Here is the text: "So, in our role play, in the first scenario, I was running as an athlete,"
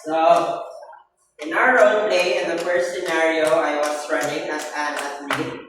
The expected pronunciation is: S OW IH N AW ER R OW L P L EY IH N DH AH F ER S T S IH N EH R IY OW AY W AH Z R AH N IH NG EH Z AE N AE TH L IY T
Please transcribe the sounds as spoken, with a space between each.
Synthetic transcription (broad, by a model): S OW IH N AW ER R OW N P L EY IH N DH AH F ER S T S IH N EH R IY OW AY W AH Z R AH N IH NG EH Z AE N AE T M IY